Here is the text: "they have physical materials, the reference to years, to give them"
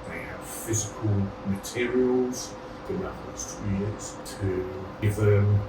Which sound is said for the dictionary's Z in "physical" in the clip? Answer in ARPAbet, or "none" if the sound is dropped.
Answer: Z